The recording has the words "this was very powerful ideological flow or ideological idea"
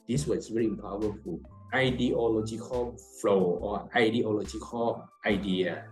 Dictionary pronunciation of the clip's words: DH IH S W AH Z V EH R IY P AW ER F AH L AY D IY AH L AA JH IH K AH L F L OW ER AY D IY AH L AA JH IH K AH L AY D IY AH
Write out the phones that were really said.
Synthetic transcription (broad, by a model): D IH S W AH S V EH R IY P AW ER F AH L AY D IY AH L AA JH IH K AH L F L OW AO AY D IY AH L AA JH IH K AH L AY D IY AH